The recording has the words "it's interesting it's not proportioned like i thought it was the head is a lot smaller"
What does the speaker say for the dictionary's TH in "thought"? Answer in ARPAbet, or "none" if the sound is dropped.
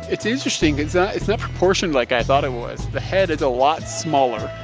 TH